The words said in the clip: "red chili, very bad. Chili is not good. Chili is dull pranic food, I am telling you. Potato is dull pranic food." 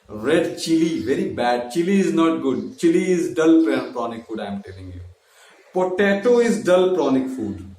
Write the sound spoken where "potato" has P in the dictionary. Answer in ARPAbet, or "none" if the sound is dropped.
P